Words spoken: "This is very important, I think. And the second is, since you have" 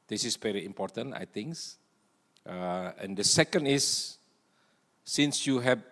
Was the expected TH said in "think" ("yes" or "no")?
no